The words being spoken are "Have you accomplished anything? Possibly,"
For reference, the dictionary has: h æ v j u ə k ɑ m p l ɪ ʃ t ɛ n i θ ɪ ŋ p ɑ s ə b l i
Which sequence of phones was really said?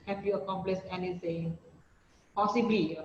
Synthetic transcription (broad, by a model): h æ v j u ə k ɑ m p l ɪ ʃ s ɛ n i s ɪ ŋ p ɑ s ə b l i